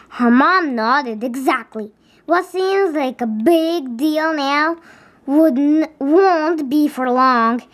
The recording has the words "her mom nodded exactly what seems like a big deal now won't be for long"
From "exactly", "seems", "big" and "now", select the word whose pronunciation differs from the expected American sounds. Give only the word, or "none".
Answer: none